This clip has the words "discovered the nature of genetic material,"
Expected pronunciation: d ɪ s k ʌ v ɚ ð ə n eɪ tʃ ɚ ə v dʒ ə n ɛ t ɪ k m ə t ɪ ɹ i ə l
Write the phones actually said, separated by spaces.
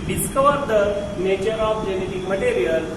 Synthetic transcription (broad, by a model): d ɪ s k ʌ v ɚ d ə n eɪ tʃ ɚ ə p dʒ ə n ɛ t ɪ k m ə t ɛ ɹ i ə l